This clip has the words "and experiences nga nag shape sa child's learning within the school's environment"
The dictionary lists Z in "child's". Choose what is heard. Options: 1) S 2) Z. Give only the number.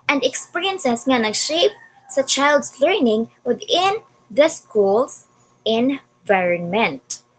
1